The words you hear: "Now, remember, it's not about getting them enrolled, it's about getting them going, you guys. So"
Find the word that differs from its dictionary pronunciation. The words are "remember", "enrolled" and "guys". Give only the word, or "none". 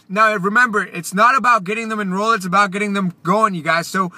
enrolled